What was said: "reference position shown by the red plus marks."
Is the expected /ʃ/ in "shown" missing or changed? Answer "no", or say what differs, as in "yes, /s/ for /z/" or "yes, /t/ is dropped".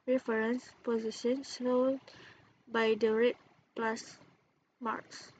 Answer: yes, /s/ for /ʃ/